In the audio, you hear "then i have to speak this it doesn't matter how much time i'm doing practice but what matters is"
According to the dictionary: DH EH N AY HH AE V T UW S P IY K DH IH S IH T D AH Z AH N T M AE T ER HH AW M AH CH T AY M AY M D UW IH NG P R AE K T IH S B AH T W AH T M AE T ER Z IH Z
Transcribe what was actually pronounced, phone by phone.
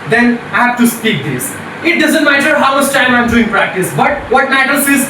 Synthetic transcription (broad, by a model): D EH N AY HH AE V T UW S P IY K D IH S IH T D AH Z AH N T M AE T ER HH AW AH S T AY M AY M D UW IH NG P R AE K T IH S B AH T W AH T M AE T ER S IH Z